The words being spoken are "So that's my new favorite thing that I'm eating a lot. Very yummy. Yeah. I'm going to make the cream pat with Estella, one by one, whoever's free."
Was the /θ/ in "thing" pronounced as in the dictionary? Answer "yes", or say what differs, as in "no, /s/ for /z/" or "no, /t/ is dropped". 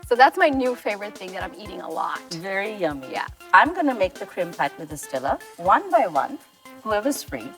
yes